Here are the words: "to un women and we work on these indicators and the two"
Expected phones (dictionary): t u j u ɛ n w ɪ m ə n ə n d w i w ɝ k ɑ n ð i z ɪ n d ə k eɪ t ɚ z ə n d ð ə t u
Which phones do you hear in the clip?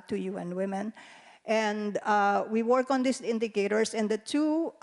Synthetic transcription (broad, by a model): t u j u ɛ n w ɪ m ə n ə n d w i w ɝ k ɑ n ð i s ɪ n d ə k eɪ t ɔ s ə n d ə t u